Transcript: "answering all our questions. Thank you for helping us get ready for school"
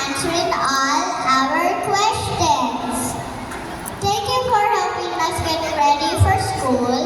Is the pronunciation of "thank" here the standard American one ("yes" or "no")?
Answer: no